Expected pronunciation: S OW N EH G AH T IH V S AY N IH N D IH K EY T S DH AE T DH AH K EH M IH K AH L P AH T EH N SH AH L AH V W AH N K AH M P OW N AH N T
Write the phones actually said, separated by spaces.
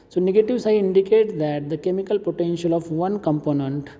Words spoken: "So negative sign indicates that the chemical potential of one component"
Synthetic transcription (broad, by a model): S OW N EH G AH T IH V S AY IH N D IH K EY T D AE T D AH K EH M IH K AH L P AH T EH N SH AH L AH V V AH N K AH M P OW N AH N T